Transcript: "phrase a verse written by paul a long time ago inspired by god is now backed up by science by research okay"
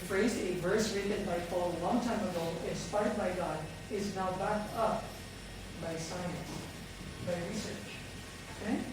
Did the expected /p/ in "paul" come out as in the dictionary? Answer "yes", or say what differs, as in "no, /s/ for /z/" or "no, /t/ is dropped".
no, /f/ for /p/